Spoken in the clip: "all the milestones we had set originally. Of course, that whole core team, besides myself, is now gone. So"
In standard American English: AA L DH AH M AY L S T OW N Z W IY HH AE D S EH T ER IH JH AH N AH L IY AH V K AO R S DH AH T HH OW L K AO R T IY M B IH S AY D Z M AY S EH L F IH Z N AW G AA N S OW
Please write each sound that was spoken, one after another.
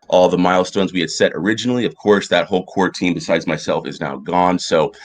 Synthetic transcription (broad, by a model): AA L DH AH M AY L S T OW N Z W IY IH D S EH T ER IH JH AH N L IY AH V K AO R S DH AH T HH OW L K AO R T IY M B IH S AY D Z M AY S EH L F IH Z N AW G AA N S OW